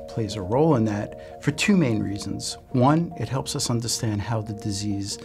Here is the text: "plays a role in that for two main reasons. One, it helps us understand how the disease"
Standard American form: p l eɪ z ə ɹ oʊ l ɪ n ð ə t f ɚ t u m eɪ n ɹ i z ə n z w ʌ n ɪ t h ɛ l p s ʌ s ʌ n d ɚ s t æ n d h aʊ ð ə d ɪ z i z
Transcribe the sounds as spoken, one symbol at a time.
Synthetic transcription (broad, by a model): p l eɪ z ə ɹ oʊ l ɪ n ð ə t f ɚ t u m eɪ n ɹ i z ə n z w ʌ n ɪ t h ɛ l p s ʌ s ʌ n d ɚ s t æ n d h aʊ ð ə d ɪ z i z